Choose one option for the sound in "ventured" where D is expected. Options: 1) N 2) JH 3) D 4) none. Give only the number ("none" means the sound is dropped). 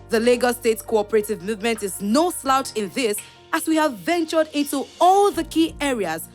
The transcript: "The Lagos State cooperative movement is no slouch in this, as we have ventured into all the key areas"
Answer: 3